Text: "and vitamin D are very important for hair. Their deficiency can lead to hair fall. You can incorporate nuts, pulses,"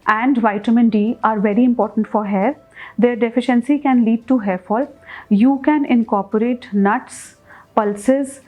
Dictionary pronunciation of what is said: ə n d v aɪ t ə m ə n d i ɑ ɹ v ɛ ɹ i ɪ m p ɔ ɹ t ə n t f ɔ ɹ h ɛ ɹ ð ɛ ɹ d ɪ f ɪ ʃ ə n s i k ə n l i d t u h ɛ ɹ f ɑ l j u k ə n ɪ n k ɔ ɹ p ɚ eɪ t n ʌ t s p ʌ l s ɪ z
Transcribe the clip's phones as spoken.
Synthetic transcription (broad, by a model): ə n d v aɪ t ə m ə n d i ɑ ɹ v ɛ ɹ i ɪ m p ɔ ɹ t ə n t f ɔ ɹ h ɛ ɹ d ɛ ɹ d ɪ f ɪ ʃ ə n s i k ə n l i d t u h ɛ ɹ f ɑ l j u k ə n ɪ n k ɔ ɹ p ɚ eɪ t n ʌ t s p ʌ l s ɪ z